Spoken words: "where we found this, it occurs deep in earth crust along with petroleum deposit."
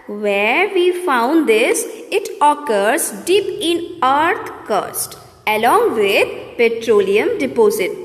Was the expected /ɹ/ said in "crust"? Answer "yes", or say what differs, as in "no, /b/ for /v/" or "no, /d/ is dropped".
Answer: no, /ɹ/ is dropped